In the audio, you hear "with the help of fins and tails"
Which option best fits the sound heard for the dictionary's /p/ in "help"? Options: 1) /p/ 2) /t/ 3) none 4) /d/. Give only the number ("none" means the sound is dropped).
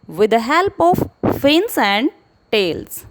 1